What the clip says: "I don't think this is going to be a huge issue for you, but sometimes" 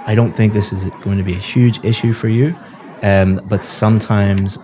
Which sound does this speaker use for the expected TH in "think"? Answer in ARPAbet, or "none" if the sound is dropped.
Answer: TH